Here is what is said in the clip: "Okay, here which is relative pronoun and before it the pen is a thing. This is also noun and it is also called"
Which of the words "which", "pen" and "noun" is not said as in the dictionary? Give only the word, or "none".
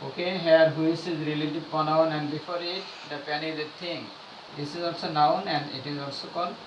which